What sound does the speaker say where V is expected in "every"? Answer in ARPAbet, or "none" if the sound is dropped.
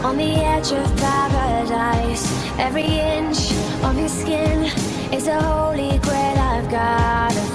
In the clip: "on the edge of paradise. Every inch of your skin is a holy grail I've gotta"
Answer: V